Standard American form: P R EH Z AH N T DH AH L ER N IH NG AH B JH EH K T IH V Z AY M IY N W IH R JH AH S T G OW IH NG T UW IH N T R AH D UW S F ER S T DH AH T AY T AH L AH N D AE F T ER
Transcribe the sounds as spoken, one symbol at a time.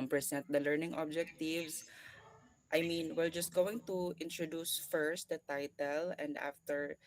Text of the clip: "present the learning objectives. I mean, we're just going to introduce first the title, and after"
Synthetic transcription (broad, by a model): P R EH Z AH N T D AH L ER N IH NG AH B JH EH K T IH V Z AY M IY N W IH L JH AH S T G OW IH NG T UW IH N T R AH D UW S F ER S T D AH T AY T AH L AH N D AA F T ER